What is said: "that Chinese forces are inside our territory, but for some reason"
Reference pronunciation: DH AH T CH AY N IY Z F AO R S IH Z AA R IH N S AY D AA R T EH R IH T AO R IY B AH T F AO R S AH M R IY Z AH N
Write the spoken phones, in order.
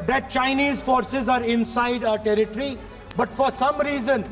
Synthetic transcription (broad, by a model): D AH T CH AY N IY Z F AO R S IH Z AA R IH N S AY D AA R T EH R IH T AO R IY B AH T F AO R S AH M R IY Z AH N